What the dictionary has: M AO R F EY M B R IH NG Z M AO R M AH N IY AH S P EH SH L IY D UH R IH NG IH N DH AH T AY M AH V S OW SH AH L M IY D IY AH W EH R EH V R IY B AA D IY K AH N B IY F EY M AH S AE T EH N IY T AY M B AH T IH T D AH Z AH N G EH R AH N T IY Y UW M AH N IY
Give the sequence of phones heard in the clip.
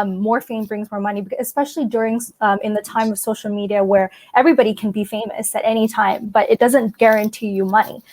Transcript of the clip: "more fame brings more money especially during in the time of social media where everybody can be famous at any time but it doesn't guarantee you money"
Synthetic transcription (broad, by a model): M AO R F EY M B R IH NG Z M AO R M AH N IY AH S P EH SH L IY D UH R IH NG IH N DH AH T AY M AH V S OW SH L M IY D IY AH W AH R EH V R IY B AA D IY K N B IY F EY M AH S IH T EH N IY T AY M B AH T IH T D AH Z AH N G EH R AH N T IY Y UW M AH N IY